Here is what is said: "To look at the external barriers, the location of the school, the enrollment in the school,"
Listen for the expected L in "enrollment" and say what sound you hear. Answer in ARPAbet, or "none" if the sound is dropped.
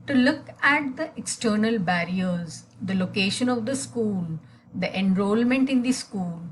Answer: L